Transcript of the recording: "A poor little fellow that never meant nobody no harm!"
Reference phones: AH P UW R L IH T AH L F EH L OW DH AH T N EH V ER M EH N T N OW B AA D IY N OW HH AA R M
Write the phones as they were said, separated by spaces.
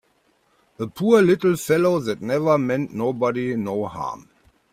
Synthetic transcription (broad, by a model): AH P UW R L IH T L F EH L OW DH AH T N EH V ER M EH N T N OW B AA D IY N OW HH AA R M